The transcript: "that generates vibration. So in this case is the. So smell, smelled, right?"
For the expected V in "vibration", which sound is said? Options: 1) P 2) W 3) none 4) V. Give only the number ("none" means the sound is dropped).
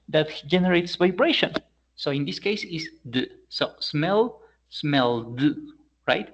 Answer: 4